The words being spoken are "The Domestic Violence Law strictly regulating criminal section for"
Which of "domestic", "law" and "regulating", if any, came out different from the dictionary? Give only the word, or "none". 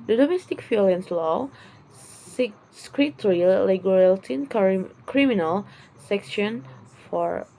regulating